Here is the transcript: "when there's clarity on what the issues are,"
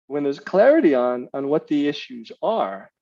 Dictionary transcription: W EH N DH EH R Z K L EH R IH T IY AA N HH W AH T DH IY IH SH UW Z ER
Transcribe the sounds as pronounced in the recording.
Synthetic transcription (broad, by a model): W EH N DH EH R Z K L EH R IH T IY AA N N W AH T DH IY IH SH UW Z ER